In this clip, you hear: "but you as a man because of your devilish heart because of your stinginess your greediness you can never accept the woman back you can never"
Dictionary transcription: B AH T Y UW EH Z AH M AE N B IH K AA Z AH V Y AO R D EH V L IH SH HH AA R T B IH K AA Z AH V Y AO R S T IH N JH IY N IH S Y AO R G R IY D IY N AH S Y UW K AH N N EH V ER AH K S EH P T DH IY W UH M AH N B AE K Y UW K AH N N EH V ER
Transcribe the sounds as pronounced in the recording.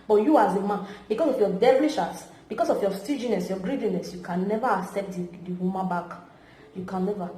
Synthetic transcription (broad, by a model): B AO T Y UW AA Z AH M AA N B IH K AA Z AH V Y AO D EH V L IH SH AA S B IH K AA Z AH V Y AO S T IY JH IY N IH S Y AO G R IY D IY N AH S Y UW K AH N N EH V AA AH K S EH P T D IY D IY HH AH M B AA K Y UW K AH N N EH V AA